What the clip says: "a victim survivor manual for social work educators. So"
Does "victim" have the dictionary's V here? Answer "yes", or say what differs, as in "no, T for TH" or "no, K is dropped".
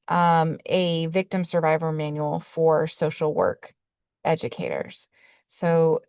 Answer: yes